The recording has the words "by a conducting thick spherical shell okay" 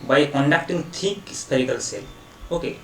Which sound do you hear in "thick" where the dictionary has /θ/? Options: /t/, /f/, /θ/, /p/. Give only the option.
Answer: /t/